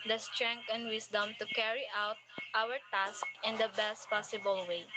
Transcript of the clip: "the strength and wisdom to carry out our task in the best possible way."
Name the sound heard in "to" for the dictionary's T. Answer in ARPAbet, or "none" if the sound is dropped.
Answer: T